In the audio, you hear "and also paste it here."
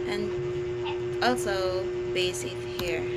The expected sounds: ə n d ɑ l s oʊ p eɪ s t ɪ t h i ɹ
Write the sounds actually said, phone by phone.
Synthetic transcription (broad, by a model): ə n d ɑ l s oʊ b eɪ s ɪ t h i ɹ